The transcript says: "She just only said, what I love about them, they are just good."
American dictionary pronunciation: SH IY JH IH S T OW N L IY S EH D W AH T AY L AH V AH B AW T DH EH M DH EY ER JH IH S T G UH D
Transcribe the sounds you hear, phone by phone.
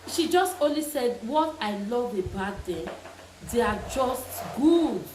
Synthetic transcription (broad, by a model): SH IY JH IH S T OW N L IY S EH D W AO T AY L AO V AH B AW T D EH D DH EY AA JH IH S T G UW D